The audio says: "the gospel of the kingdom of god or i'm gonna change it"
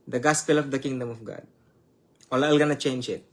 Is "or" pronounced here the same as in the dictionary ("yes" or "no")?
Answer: no